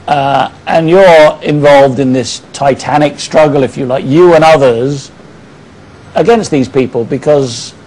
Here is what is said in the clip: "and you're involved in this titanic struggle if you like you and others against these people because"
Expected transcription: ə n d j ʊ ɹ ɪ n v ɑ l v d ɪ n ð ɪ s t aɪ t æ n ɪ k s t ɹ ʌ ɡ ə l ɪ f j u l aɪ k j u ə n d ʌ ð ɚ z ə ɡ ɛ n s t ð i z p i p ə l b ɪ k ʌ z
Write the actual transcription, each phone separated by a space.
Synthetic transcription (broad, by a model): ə n j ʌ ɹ ɪ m v ɑ l v d ɪ n ð ɪ s t aɪ t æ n ɪ k s t ɹ ʌ ɡ ə l ɪ f j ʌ l aɪ k j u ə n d ʌ ð ɚ z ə ɡ ɛ n s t ð i z p i p ə l b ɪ k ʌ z